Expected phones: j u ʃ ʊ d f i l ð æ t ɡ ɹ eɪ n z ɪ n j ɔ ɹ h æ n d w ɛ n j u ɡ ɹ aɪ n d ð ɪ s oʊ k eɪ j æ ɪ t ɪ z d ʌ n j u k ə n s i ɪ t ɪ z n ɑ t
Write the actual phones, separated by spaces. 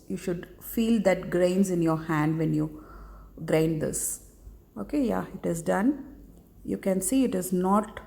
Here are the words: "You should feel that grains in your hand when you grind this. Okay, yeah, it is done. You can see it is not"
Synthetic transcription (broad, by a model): j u ʃ ʊ d f i l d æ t ɡ ɹ eɪ n z ɪ n j ɔ ɹ h æ n d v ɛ n j u ɡ ɹ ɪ n d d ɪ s oʊ k eɪ j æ ɪ t ɪ z d ʌ n j u k ə n s i ɪ t ɪ z n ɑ t